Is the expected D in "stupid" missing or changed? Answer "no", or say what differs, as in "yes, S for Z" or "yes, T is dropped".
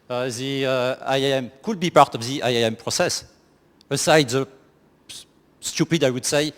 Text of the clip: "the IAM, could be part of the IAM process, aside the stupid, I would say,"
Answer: no